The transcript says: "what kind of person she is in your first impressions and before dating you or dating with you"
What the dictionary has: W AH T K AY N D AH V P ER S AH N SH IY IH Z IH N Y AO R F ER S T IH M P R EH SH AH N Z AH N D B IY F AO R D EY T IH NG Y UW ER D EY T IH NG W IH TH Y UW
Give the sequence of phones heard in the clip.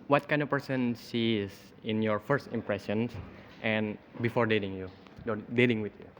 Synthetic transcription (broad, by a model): W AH T K AY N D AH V P ER S AH N S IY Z IH N Y AO R F ER S T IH M P R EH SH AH N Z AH N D B IY F AO R D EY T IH NG Y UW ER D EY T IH NG W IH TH Y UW